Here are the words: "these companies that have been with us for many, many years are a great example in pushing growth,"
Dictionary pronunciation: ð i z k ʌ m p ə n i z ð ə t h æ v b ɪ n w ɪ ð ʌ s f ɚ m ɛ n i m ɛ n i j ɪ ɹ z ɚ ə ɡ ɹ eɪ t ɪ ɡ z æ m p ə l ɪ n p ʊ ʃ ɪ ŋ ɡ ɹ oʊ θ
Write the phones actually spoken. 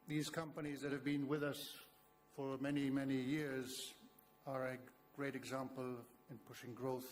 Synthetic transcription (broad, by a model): ð i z k ʌ m p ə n i z ð ə t h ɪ v b ɪ n w ɪ ð ʌ s f ɚ m ɛ n i m ɛ n i j ɪ ɹ z ɚ ə ɡ ɹ eɪ t ɪ ɡ z æ m p ə l ɪ n p ʊ ʃ ɪ ŋ ɡ ɹ oʊ θ